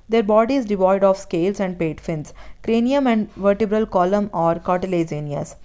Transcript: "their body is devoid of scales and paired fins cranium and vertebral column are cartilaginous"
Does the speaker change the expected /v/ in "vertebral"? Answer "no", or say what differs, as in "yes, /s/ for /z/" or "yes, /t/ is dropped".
no